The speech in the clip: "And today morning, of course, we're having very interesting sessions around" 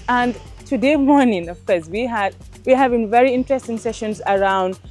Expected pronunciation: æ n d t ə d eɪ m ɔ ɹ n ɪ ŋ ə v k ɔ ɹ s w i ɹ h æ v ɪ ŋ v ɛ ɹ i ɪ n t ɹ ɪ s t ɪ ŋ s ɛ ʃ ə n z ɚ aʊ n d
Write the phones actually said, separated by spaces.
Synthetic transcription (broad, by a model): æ n d t ə d eɪ m ɔ ɹ n ɪ ŋ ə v k ɔ ɹ s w i w h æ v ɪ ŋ v ɛ ɹ i ɪ n t ɹ ɪ s t ɪ ŋ s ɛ ʃ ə n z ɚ aʊ n d